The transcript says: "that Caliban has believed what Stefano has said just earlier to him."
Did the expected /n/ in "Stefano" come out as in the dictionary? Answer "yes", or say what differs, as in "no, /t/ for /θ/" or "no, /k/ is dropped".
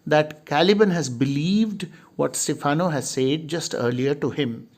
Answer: yes